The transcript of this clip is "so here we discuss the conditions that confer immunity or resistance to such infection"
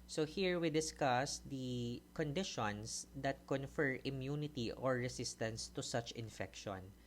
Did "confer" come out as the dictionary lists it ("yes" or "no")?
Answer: yes